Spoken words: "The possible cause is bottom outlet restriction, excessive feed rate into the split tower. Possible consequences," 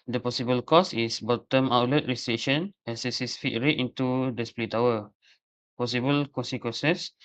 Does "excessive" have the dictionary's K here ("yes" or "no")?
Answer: no